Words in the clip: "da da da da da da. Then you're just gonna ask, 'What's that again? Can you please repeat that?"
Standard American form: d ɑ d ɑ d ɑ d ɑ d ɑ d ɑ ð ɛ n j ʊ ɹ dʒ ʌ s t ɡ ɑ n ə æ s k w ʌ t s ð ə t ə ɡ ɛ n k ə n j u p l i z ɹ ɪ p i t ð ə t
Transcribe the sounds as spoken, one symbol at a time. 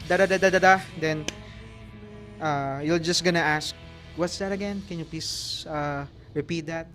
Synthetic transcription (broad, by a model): d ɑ d ɑ d ɑ d ɑ d ɑ d ɑ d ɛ n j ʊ l dʒ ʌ s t ɡ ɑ n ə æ s k w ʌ t s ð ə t ə ɡ ɛ n k ə n j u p l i s ɹ ɪ p i t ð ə t